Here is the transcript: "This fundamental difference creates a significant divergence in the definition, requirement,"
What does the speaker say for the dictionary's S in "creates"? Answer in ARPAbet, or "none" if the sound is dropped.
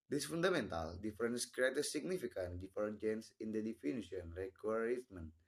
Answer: none